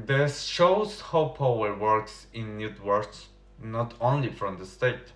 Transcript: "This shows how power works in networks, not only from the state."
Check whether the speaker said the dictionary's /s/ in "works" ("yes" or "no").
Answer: yes